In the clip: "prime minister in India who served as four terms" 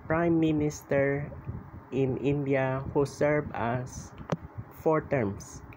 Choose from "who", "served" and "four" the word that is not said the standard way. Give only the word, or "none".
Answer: served